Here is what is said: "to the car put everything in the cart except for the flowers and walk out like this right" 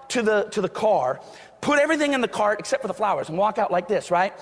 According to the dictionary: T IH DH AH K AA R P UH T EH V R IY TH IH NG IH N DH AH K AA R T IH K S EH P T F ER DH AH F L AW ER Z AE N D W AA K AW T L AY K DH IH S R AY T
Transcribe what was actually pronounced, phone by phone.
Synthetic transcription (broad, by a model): T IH DH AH K AA R P UH T EH V R IY TH IH NG IH N DH AH K AA R T IH K S EH P T F ER DH AH F L AW ER Z N W AA K AW T L AY K DH IH S R AY T